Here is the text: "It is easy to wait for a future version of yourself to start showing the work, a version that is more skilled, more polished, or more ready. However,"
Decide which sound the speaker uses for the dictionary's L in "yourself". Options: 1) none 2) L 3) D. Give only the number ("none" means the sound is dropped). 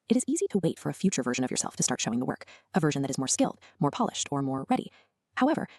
2